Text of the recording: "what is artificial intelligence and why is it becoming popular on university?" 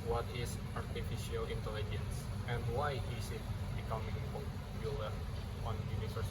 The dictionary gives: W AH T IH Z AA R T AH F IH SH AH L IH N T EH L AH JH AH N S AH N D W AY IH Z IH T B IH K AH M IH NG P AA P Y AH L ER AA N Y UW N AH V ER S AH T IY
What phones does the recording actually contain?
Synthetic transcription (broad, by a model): W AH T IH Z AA R T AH F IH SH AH L IH N T EH L AH JH AH N S AH N D W AY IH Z IH T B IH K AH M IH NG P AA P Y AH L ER AA N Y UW N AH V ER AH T